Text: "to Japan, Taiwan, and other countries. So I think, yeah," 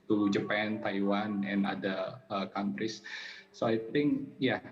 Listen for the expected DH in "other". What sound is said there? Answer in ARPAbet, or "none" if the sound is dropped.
none